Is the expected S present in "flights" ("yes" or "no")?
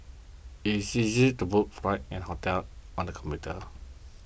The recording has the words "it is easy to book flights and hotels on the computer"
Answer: no